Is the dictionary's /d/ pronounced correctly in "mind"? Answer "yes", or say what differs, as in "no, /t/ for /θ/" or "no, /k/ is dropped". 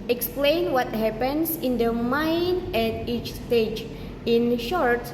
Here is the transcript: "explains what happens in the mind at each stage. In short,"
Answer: no, /d/ is dropped